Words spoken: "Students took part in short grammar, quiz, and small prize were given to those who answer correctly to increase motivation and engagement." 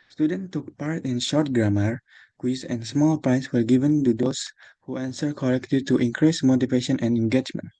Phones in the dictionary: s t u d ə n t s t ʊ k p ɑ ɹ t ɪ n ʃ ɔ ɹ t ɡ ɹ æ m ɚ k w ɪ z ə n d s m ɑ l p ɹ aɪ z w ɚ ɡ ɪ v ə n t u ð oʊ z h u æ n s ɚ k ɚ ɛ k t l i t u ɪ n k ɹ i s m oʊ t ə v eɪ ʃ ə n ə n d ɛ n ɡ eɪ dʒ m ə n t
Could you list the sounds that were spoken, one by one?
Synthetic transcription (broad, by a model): s t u d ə n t t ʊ k p ɑ ɹ t ɪ n ʃ ɔ ɹ t ɡ ɹ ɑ m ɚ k w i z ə n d s m ɑ l p ɹ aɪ s w ɚ ɡ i v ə n t u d oʊ s h u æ n s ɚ k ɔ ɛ k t l i t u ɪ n k ɹ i s m oʊ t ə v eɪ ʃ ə n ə n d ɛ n ɡ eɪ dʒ m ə n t